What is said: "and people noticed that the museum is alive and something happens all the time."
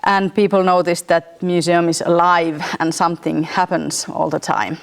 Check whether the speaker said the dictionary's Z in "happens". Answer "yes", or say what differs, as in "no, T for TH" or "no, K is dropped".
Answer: no, S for Z